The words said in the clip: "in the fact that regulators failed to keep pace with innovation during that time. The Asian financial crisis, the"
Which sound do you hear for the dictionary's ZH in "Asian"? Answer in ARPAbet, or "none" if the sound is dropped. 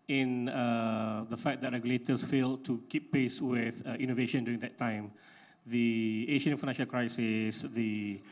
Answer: SH